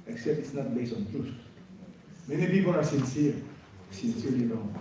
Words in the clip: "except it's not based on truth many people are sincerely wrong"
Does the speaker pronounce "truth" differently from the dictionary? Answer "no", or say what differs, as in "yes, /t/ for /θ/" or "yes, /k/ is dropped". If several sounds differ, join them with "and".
yes, /s/ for /θ/